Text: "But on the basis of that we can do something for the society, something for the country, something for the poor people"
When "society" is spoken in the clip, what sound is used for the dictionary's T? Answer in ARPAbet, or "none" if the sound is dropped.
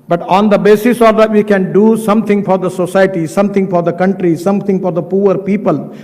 T